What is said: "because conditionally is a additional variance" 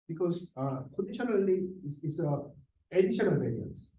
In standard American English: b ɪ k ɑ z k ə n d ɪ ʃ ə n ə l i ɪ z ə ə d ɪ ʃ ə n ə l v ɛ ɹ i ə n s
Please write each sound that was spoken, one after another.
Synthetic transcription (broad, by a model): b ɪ k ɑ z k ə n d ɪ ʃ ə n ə l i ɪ s ə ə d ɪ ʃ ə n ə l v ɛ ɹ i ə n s